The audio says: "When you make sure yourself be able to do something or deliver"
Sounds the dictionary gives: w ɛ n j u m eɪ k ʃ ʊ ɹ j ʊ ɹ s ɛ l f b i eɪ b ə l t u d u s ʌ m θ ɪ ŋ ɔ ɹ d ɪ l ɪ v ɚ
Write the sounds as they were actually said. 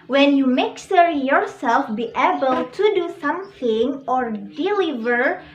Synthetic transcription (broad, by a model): w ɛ n j u m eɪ k s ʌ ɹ j ʊ ɹ s ɛ l f b i eɪ b ə l t u d u s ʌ m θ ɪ ŋ ɔ ɹ d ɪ l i v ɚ